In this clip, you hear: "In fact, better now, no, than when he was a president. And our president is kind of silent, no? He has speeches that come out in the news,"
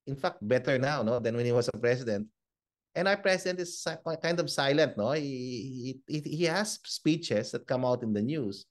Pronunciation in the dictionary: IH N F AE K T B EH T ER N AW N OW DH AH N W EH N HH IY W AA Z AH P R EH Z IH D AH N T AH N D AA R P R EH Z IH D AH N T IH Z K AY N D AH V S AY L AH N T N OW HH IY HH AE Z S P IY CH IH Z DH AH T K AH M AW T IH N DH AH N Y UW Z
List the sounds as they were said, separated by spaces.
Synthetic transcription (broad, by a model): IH N F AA K T B EH T ER N AW N OW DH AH N W EH N HH IY W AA S AH P R EH S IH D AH N T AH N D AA W P R EH S IH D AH N T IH S K AY N D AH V S AY L AH N T N OW HH IY HH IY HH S P IY CH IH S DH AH T K AH M AW T IH N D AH N Y UW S